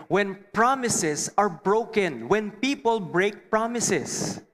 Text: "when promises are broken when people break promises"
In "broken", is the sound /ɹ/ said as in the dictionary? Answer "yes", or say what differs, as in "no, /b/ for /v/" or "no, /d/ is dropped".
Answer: yes